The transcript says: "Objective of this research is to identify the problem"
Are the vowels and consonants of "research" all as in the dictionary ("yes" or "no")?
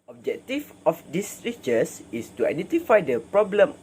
no